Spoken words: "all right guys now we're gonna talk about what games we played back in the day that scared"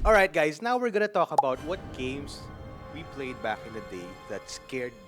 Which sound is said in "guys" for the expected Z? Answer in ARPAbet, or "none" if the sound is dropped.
S